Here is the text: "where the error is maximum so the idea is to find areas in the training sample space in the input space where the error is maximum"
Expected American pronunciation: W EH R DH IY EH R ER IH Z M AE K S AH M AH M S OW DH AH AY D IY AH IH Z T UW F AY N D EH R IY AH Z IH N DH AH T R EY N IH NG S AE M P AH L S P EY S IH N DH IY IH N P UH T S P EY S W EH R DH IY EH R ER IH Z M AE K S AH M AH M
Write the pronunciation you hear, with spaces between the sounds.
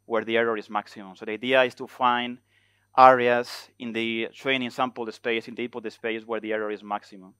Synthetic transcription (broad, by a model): W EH R DH IY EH R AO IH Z M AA K S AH M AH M S OW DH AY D IY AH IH S T UW F AY N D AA R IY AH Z IH N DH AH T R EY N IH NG S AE M P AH L S P EY S IH N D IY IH P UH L S P EY S W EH R DH IY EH R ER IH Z M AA K S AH M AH M